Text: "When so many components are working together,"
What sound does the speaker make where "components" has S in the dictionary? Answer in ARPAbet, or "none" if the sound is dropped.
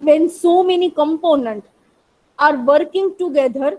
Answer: none